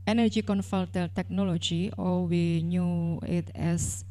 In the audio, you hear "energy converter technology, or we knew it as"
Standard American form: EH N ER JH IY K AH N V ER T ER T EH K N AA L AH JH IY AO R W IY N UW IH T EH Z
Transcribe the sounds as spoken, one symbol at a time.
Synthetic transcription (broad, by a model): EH N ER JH IY K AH N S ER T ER T EH K N AA L AH JH IY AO L W IY N UW IH T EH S